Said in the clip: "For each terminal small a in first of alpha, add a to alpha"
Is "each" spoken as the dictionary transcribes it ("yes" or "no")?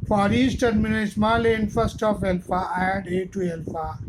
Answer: no